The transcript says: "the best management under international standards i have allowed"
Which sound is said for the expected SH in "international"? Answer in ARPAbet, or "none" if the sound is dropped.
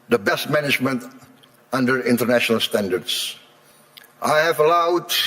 SH